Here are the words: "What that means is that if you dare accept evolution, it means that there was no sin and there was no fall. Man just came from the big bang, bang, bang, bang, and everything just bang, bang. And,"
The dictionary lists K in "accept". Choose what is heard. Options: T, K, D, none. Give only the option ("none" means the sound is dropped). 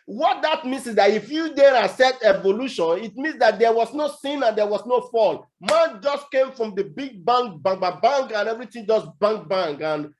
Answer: none